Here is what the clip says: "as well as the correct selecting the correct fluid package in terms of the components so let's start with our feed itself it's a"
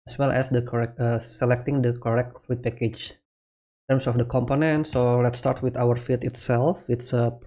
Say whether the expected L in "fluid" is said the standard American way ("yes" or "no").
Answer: no